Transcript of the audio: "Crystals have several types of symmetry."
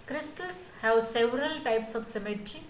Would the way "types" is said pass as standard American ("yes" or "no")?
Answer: yes